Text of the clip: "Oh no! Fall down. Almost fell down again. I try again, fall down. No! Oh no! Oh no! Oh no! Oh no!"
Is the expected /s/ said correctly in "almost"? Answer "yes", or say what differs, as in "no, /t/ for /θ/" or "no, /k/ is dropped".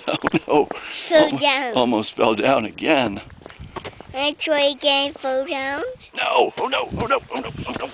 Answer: yes